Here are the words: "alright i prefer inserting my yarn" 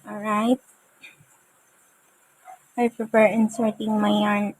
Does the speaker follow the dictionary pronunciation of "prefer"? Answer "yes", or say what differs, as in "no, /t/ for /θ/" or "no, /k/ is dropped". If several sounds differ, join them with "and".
no, /p/ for /f/